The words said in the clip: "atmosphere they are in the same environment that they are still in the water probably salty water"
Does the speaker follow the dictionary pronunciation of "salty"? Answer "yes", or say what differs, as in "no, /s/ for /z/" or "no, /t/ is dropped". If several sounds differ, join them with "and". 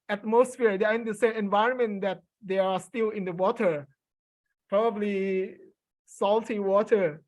yes